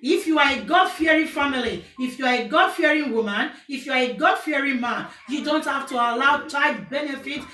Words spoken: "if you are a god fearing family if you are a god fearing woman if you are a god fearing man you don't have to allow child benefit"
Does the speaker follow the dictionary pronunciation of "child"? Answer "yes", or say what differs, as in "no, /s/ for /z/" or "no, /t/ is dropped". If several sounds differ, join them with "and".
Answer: no, /l/ is dropped